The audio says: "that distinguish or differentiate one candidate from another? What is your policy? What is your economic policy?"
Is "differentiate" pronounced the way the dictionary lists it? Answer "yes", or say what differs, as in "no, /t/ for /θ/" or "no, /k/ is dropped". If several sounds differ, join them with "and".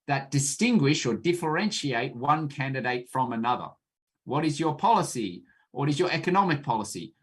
yes